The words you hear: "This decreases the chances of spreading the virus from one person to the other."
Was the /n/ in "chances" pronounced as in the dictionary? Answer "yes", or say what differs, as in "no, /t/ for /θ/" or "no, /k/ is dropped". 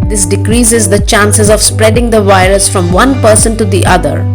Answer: yes